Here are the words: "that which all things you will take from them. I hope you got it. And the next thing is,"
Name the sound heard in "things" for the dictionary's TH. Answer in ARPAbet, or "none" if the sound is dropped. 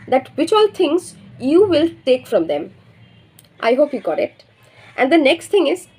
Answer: T